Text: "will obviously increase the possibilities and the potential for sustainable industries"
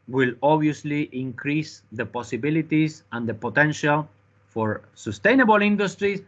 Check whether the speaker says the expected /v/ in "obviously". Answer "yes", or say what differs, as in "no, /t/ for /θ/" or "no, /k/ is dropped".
no, /v/ is dropped